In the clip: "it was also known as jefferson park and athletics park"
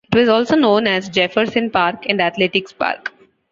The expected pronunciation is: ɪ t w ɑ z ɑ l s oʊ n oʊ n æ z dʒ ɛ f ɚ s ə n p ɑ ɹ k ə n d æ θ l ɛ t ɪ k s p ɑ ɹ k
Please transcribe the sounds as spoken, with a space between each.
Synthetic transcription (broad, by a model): ɪ t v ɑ z ɑ l s oʊ n oʊ n æ z dʒ ɛ f ɚ s ə n p ɑ ɹ k ə n d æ t l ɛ t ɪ k s p ɑ ɹ k